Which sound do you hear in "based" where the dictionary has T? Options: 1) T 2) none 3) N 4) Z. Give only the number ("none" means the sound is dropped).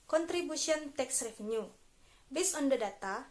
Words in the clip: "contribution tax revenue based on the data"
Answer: 2